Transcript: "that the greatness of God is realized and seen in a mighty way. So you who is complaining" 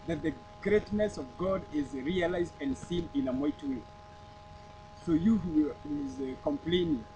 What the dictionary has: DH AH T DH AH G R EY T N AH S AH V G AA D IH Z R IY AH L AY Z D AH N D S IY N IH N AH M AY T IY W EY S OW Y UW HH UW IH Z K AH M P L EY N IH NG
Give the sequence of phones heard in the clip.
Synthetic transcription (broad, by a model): DH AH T DH AH G R EY T N AH S AH V G AA D IH Z R IY AH L AY Z D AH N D S IY N IH N AH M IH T W EY S OW Y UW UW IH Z K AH M P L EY N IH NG